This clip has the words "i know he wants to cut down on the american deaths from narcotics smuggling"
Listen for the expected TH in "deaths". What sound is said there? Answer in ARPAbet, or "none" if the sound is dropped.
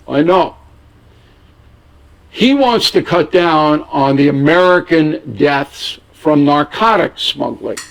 TH